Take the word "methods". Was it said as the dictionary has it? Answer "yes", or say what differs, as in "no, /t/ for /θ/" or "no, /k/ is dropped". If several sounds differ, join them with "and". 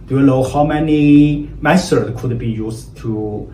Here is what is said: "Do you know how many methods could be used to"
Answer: no, /s/ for /θ/